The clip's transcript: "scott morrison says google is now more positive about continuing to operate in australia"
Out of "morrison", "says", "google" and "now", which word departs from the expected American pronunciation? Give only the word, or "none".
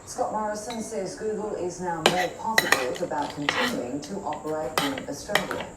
none